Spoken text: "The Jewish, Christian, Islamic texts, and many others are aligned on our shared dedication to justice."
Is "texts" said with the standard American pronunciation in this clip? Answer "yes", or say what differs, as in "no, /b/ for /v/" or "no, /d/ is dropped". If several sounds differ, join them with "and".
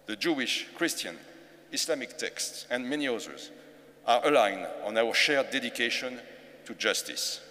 yes